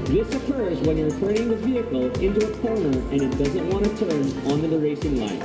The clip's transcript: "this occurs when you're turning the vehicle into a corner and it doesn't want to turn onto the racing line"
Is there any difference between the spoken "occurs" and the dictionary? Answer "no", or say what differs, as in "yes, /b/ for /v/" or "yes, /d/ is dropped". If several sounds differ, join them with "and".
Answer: no